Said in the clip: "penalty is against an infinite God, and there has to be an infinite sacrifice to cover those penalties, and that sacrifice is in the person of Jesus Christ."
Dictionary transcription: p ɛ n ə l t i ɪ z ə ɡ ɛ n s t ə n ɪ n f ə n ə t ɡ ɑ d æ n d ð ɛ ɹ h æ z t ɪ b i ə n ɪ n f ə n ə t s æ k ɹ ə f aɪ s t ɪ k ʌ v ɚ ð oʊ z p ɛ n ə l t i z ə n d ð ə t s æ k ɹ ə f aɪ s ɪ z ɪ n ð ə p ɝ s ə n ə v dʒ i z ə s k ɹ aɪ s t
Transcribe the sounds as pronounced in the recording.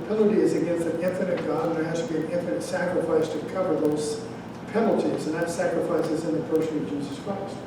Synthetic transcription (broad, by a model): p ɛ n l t i ɪ z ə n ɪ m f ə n ɪ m f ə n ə t ɡ ɑ d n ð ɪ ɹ h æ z t ɪ b i ə n ɪ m f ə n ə t s æ k ɹ ə f aɪ s t ɪ k ʌ v ɚ ð oʊ z p ɛ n l t i z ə n ð ə t s æ k ɹ ə f aɪ s ɪ z ɪ n ð ə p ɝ ʃ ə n ə v dʒ i z ə s k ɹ aɪ s t